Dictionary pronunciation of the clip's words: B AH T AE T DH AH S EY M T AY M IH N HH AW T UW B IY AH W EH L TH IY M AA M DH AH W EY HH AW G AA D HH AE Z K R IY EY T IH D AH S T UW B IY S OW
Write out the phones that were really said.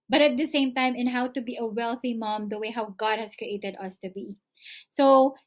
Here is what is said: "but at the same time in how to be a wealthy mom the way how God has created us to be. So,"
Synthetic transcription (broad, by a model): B AH T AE T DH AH S EY M T AY M IH N HH AW T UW B IY AH W EH L TH IY M AA M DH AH W EY HH AW G AA D HH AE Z K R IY EY T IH D AH S T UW B IY S OW